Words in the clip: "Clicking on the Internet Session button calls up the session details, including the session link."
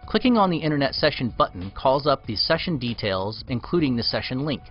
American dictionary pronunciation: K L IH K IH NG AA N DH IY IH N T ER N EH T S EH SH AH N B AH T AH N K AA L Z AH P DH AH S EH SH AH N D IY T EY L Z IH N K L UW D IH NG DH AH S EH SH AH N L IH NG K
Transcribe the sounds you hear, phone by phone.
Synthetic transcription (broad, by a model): K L IH K IH NG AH N DH IY IH T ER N EH T S EH SH AH N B AH T N K AA L Z AH P DH AH S EH SH AH N D IY T EY L Z IH N K L UW D IH NG DH AH S EH SH AH N L IH NG K